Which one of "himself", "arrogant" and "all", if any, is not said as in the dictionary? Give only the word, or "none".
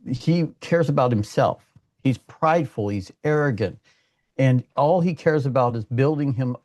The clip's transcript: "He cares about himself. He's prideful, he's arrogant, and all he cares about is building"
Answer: none